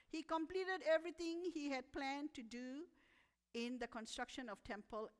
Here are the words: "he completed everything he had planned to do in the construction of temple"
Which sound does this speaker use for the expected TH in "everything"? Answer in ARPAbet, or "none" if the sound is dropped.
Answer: T